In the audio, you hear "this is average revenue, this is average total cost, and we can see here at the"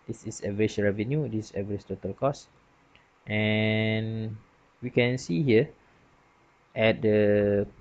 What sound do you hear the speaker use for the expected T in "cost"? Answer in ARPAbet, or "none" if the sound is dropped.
T